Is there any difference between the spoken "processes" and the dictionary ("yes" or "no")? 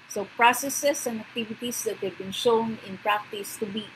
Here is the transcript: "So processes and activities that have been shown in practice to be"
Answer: yes